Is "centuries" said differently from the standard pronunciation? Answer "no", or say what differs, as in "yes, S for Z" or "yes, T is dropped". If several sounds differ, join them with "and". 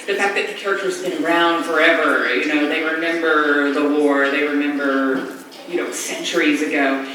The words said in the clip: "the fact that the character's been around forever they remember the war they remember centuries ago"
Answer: no